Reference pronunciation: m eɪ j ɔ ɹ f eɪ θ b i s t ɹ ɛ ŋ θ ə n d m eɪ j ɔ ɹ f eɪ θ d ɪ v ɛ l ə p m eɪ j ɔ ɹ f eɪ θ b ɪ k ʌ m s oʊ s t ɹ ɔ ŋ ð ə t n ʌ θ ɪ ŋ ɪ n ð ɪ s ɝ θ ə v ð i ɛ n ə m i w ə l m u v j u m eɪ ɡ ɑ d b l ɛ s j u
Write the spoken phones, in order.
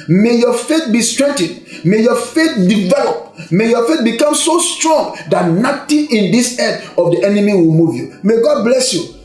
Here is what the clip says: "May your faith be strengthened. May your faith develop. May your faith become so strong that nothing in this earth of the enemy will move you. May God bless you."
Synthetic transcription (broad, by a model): m eɪ j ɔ f eɪ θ b i s t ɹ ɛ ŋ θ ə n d m eɪ j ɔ f eɪ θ d ɪ v ɛ l ə p m eɪ j ɔ f eɪ t b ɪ k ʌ m s oʊ s t ɹ ɔ ŋ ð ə t n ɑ t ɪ ɪ n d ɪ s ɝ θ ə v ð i ɛ n ə m i w ə l m u v j u m eɪ ɡ ɑ d b l ɛ s j u